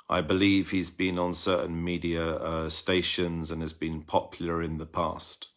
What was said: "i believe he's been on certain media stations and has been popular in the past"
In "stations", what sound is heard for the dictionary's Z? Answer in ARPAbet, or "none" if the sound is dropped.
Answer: Z